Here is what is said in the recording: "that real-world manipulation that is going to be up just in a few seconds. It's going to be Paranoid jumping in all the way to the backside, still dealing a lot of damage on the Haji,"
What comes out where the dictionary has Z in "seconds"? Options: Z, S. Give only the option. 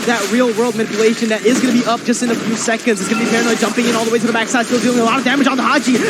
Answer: Z